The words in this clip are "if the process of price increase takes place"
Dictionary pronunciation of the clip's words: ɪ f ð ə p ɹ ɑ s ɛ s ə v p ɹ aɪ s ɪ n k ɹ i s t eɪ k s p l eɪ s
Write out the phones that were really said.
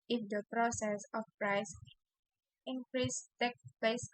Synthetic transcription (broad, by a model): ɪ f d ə p ɹ ɑ s ɛ s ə f p ɹ aɪ s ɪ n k ɹ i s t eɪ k p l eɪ s